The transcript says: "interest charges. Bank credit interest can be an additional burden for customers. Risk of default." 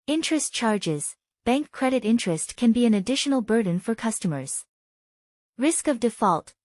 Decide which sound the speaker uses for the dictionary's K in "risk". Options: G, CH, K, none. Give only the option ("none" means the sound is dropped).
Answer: K